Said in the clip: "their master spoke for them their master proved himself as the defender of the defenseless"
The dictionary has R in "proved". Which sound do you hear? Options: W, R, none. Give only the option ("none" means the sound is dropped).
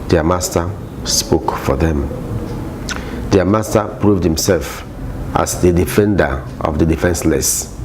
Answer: R